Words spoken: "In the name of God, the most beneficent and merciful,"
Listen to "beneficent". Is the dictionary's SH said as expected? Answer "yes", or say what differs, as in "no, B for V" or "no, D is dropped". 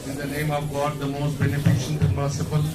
yes